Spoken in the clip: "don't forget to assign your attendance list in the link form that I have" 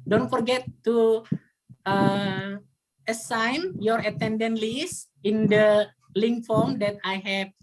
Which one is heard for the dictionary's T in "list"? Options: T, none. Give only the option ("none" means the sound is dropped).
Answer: none